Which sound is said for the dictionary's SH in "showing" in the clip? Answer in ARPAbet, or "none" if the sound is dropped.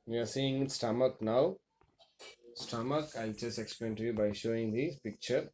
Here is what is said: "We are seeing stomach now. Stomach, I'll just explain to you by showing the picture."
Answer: SH